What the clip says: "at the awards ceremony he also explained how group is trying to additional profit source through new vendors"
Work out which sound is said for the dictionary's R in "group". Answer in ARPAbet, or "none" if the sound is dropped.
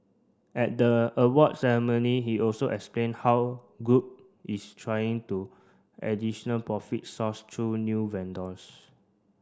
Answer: none